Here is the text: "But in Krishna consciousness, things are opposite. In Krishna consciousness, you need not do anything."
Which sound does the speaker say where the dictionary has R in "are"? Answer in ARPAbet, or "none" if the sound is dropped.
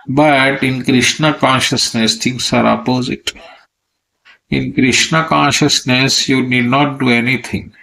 R